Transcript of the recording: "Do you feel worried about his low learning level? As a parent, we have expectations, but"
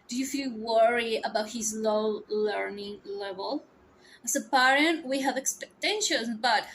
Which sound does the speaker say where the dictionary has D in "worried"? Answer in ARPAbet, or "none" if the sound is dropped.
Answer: none